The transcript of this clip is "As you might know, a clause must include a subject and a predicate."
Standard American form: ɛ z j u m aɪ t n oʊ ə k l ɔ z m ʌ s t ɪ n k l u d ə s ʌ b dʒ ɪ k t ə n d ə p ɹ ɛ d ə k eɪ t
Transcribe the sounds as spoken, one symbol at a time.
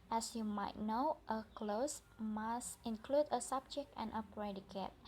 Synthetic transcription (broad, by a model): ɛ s j u m aɪ t n oʊ ə k l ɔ s m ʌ s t ɪ n k l u d ə s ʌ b dʒ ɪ k t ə n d ə p ɹ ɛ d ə k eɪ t